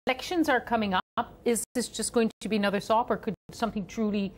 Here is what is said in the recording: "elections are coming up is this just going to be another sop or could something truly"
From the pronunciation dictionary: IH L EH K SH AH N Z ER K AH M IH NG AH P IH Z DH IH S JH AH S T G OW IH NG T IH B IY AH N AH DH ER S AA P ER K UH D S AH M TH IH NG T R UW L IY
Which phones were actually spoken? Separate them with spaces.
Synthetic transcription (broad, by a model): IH L EH K SH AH N Z ER K AH M IH NG AH P IH Z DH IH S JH AH S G OW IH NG T IH B IY AH N AH DH ER S AA P ER K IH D S AH M TH IH NG T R UW L IY